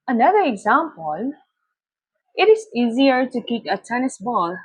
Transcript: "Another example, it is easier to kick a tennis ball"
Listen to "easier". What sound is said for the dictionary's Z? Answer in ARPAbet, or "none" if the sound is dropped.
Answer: Z